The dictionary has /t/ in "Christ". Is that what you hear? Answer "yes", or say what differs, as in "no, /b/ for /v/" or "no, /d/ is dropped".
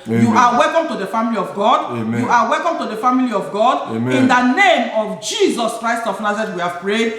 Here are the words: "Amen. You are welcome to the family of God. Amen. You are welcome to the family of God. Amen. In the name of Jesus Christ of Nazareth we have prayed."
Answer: yes